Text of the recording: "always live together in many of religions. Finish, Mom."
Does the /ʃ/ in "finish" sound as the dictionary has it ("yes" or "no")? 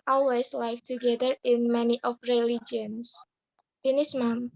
no